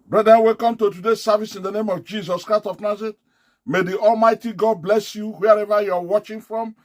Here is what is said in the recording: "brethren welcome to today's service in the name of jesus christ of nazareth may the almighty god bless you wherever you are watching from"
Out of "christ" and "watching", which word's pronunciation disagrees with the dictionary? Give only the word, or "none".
none